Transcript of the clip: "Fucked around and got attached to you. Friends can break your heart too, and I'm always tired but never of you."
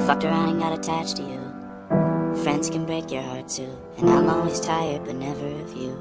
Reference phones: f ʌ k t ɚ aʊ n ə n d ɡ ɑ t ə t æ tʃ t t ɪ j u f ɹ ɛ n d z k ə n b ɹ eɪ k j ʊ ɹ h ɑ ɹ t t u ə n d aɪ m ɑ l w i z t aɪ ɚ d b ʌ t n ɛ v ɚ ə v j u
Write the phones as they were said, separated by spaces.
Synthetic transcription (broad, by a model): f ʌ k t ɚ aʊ ə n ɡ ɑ t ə t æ tʃ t t ɪ j u f ɹ ɛ n d z k ə n b ɹ eɪ k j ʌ ɹ h ɑ ɹ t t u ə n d aɪ m ɑ l w i z t aɪ ɚ d b ʌ t n ɛ v ɚ ə v j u